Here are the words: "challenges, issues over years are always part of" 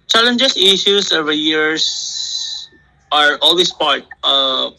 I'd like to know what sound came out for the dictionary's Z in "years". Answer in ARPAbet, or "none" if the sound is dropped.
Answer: S